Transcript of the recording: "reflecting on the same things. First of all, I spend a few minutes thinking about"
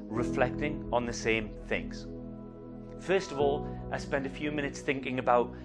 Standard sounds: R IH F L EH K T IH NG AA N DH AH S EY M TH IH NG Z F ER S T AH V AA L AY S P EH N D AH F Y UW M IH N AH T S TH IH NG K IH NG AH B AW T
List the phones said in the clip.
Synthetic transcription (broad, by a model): R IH F L EH K T IH NG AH N DH AH S EY M TH IH NG Z F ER S T AH V AA L AY S P EH N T AH F Y UW M IH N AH T S TH IH NG K IH NG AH B AW T